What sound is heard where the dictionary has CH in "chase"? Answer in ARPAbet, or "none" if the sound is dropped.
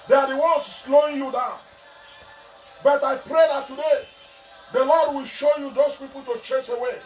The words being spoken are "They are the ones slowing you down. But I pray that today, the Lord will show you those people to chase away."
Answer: CH